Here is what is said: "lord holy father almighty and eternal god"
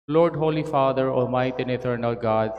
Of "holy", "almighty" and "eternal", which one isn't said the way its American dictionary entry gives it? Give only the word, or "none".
almighty